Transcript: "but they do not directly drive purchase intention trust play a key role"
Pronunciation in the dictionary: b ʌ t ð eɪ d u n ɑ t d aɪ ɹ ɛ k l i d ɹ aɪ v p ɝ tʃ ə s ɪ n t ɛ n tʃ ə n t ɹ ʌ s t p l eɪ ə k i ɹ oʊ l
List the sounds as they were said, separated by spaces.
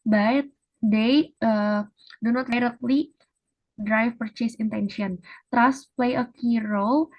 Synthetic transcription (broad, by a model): b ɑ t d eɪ d u n ɑ t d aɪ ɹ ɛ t l i d ɹ aɪ f p ɝ tʃ ə s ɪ n t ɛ n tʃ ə n t ɹ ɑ s p l eɪ ə k i ɹ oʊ